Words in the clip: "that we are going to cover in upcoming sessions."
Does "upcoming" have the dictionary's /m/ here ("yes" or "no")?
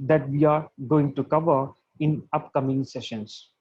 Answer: yes